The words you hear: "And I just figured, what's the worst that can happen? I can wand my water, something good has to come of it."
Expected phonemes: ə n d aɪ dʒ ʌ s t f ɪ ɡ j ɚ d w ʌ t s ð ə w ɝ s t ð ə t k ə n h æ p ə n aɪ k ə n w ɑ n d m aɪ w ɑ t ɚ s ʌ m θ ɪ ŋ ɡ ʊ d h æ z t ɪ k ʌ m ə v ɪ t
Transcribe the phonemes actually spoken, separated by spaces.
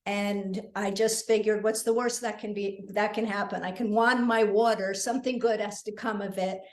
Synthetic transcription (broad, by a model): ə n aɪ dʒ ʌ s t f ɪ ɡ j ɚ d w ʌ t s ð ə w ɝ s t ð ə t k ə n h æ p ə n aɪ k ə n w ɑ n m aɪ w ɑ t ɚ s ʌ m θ ɪ ŋ ɡ ʊ d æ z t ɪ k ʌ m ə v ɪ t